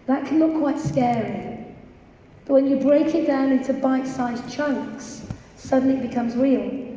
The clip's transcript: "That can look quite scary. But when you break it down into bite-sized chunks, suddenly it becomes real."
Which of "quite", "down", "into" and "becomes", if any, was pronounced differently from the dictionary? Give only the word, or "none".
none